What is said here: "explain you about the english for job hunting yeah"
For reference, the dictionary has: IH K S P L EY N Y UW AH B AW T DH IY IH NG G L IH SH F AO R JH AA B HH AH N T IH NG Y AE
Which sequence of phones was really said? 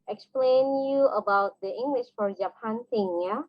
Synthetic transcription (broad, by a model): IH K S P L EY N Y UW AH B AW T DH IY IH NG G L IH SH F AO R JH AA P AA N S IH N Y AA